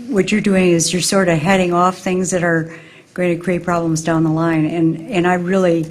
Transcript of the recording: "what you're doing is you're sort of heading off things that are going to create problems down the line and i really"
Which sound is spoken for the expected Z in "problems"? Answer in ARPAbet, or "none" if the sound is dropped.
Z